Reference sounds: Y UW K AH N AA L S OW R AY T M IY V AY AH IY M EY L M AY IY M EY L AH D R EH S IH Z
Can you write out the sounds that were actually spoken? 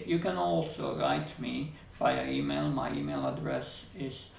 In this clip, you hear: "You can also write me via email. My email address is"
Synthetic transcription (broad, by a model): Y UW K AH N AA L S OW R AY T M IY B AY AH IY M EY L M AY IY M EY L AH D R EH S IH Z